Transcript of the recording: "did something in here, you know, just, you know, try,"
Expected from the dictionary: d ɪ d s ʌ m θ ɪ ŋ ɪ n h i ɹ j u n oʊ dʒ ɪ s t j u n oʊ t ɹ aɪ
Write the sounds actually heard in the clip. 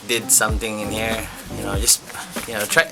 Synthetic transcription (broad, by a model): d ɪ d s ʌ m t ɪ ŋ ɪ n h i ɹ j u n oʊ dʒ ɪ s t j u n oʊ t ɹ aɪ